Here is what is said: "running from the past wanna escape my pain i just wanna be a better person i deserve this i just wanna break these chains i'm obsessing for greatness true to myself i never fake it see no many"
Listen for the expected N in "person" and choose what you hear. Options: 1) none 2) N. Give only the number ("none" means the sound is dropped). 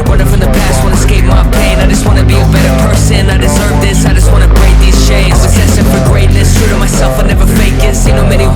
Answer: 2